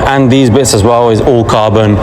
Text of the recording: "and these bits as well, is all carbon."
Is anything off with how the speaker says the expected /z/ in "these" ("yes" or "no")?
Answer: no